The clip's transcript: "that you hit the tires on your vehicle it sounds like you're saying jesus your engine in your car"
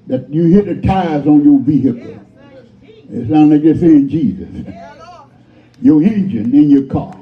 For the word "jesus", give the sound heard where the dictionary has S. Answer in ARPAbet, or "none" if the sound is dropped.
S